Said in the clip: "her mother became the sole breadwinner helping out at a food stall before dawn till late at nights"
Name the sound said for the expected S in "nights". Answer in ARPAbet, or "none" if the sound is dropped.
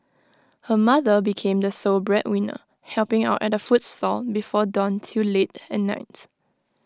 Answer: none